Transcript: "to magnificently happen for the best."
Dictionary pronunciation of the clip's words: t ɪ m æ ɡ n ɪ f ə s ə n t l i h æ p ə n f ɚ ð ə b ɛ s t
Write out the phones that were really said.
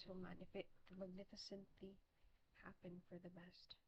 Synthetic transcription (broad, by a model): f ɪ m æ ɡ n ɪ f ə s ə n t l i h æ p ə n f ɚ ð ə b ɛ s t